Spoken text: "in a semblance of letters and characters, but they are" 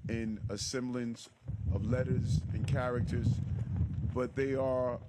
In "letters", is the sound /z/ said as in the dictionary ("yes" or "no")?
yes